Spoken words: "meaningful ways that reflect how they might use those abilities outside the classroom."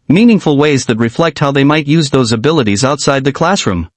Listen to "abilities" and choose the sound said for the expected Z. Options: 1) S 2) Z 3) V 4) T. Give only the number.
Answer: 2